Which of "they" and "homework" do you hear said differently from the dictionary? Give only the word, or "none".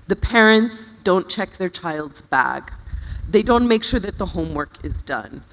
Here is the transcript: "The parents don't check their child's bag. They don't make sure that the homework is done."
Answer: none